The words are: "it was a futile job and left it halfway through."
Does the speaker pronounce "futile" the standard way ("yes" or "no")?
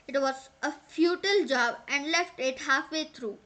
yes